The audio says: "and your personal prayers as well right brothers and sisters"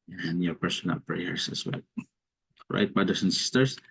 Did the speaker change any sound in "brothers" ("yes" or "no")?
yes